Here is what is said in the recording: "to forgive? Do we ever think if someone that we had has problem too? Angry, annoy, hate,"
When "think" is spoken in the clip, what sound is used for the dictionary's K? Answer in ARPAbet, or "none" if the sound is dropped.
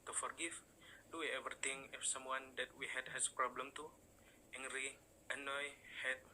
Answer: none